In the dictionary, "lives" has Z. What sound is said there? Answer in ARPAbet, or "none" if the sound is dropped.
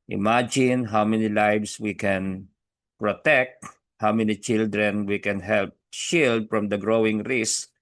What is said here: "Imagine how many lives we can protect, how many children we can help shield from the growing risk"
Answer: S